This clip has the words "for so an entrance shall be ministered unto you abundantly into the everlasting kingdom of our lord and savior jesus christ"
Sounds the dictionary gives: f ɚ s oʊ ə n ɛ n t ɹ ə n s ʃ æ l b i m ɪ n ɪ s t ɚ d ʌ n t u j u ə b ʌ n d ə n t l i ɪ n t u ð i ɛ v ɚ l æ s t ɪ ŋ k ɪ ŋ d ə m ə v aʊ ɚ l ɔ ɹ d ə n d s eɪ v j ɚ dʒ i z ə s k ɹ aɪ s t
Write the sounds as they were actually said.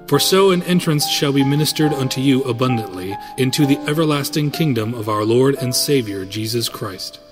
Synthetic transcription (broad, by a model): f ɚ s oʊ ə n ɛ n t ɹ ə n s ʃ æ l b i m ɪ n ɪ s t ɚ d ʌ n t u j u ə b ʌ n d ə n t l i ɪ n t u ð i ɛ v ɚ l æ s t ɪ ŋ k ɪ ŋ d ə m ə v aʊ ɚ l ɔ ɹ d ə n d s eɪ v j ɚ dʒ i z ə s k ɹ aɪ s t